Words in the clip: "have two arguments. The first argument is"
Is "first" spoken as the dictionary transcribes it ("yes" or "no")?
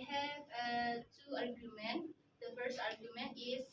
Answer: yes